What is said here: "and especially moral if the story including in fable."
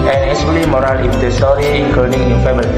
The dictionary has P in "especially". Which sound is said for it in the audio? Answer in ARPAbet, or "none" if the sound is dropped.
none